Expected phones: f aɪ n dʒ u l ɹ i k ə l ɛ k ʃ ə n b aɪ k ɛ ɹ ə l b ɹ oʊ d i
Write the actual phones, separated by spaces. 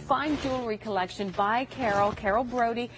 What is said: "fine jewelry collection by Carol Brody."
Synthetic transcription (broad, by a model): f aɪ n dʒ u l ɹ i k ə l ɛ k ʃ ə n b aɪ k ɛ ɹ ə l b ɹ oʊ d i